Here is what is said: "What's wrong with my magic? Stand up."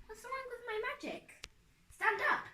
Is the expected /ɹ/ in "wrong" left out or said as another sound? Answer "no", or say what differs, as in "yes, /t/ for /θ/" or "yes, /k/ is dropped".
yes, /l/ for /ɹ/